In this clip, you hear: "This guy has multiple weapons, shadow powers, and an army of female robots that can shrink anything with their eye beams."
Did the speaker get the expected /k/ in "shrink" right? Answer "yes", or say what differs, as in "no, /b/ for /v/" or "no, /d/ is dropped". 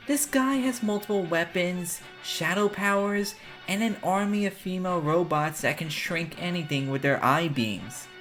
yes